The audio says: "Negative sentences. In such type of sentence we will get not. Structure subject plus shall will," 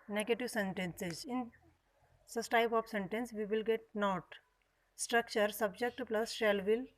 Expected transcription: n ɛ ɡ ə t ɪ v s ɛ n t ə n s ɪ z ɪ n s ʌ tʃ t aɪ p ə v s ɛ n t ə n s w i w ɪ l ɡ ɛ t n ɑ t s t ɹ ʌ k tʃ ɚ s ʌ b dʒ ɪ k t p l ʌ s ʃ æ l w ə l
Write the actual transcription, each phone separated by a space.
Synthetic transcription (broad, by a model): n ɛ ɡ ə t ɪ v s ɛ n t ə n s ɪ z ɪ n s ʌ s t aɪ p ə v s ɛ n t ə n s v i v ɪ l ɡ ɛ t n ɑ t s t ɹ ʌ k tʃ ɚ s ʌ b dʒ ɪ k t p l ʌ s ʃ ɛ l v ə l